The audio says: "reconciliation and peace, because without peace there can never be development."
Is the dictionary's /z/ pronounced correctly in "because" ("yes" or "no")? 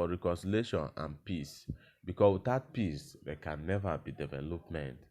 no